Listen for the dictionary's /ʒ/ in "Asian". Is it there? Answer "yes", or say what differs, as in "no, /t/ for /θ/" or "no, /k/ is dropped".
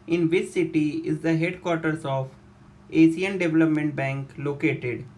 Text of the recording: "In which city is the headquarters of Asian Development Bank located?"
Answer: no, /s/ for /ʒ/